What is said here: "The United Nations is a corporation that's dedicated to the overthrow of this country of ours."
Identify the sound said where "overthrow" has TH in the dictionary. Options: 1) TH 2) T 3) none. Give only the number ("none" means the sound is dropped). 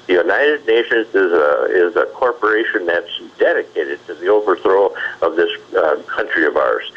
1